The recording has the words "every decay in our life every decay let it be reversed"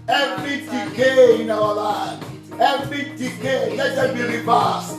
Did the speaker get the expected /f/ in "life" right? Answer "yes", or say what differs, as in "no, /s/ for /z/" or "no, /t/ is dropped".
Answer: no, /f/ is dropped